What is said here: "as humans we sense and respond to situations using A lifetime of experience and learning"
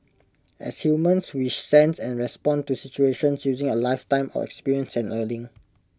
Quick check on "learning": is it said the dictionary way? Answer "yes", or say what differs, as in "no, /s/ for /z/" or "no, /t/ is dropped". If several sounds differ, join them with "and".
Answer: no, /l/ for /n/